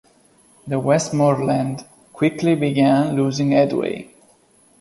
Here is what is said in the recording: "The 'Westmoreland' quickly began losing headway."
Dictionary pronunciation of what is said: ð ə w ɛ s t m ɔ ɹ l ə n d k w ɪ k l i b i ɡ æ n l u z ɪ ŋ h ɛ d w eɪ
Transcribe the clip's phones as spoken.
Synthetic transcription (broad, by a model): ð ə w ɛ s t m ɔ ɹ l ə n d k w ɪ k l i b i ɡ æ n l u z ɪ ŋ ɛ d w eɪ